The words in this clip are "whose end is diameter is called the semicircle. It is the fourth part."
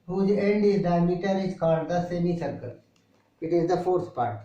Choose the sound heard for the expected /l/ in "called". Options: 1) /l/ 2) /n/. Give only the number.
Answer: 2